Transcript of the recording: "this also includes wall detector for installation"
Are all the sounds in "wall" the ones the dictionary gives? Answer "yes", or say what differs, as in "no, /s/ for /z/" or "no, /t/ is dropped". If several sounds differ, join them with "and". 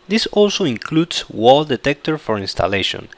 yes